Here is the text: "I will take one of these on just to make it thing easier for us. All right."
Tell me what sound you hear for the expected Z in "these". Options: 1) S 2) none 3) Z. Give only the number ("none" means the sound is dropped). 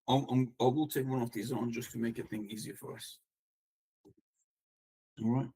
3